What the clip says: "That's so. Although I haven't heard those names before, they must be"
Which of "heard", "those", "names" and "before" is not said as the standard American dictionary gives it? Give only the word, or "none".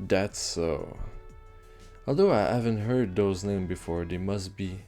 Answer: names